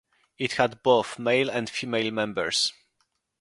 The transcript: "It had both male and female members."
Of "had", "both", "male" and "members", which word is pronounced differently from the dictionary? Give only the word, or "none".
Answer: members